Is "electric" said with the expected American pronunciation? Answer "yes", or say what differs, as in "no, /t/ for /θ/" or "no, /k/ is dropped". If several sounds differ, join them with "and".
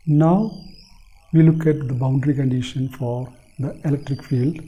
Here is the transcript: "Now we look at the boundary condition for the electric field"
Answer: yes